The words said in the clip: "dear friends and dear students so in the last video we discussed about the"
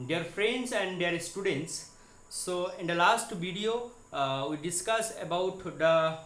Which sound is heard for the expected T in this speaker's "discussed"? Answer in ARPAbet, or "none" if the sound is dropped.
none